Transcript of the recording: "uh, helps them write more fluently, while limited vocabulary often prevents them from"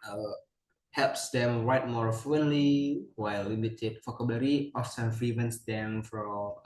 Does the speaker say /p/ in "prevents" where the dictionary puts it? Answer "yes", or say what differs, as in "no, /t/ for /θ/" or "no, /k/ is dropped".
no, /f/ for /p/